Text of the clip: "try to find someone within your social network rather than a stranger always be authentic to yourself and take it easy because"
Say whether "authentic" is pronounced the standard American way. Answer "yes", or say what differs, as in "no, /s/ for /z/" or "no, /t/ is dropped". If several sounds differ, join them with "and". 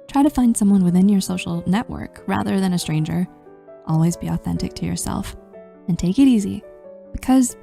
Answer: yes